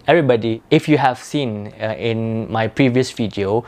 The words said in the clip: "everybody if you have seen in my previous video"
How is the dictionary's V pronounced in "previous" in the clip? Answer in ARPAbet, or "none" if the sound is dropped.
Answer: V